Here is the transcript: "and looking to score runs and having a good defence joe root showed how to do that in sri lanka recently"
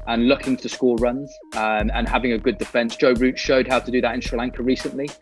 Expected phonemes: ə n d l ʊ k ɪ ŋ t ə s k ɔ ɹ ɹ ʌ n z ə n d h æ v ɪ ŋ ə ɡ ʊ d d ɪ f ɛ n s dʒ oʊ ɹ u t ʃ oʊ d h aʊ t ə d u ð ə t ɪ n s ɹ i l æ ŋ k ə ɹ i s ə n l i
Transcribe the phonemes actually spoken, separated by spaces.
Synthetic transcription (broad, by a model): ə n l ʊ k ɪ ŋ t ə s k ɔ l ɹ ʌ n z ə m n h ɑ v ɪ ŋ ə ɡ ʊ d d ɪ f ɛ n s dʒ oʊ ɹ u t ʃ oʊ d h aʊ t ə d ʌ ð ə t ɪ n s ɹ i l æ ŋ k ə ɹ i s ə n l i